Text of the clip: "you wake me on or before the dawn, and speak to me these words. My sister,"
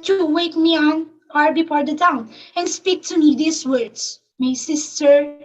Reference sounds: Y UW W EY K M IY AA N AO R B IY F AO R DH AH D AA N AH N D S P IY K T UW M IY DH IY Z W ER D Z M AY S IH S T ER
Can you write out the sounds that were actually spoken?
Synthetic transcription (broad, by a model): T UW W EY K M IY AA N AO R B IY P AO R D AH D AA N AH N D S P IY K T UW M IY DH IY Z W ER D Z M AY S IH S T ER